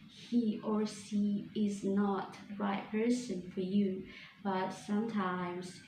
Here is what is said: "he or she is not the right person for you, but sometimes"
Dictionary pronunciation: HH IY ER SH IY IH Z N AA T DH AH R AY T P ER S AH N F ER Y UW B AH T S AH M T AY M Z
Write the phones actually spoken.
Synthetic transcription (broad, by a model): HH IY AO S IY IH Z N AA T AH R AY T P ER S AH N F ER Y UW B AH T S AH M T AY M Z